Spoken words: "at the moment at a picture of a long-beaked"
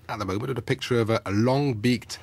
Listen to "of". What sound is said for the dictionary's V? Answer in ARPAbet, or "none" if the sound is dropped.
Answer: V